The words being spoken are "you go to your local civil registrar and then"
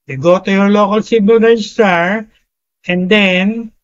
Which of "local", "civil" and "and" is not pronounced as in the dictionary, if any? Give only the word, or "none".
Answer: civil